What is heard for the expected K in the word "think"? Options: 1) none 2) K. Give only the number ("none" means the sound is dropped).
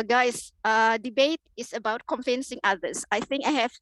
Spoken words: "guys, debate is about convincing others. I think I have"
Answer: 2